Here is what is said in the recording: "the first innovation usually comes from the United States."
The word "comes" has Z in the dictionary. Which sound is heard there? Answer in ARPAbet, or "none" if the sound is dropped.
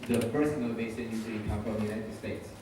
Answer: none